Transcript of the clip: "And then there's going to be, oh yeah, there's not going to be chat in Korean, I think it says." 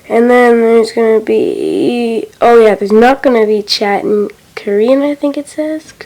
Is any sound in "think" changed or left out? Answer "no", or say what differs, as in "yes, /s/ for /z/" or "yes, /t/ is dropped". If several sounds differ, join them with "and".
no